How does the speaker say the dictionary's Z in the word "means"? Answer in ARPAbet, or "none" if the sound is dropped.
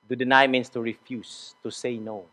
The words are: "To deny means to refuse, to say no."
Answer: S